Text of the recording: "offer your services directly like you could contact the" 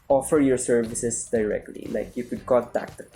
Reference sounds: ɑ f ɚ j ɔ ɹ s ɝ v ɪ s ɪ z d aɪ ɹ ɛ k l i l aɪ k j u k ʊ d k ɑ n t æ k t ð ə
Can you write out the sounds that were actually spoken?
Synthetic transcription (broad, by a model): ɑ f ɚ j ɔ ɹ s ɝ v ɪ s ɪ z d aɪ ɹ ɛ k l i l aɪ k j u k ʊ d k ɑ l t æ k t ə